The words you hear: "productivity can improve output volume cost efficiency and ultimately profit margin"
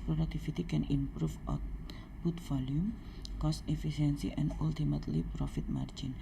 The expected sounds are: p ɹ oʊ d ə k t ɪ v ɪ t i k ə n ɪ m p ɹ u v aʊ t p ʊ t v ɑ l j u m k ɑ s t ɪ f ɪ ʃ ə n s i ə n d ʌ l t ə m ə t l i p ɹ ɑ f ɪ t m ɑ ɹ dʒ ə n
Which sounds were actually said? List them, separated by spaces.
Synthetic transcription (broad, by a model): p ɹ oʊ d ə k t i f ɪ t i k ə n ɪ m p ɹ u f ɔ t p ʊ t f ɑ l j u m k ɑ s t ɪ f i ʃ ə n s i ə n d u l t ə m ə t l i p ɹ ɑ f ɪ t m ɑ ɹ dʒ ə n